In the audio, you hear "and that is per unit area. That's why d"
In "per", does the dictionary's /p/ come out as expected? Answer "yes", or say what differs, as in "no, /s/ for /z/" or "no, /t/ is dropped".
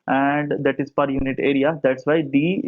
yes